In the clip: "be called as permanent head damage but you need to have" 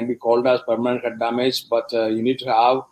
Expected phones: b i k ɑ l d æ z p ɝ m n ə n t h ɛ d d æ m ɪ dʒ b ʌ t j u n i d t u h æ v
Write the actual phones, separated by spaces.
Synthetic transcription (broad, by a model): b i k ɑ l d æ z p ɝ m n ə n t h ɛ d d æ m ɪ dʒ b ʌ t j u n i d t u h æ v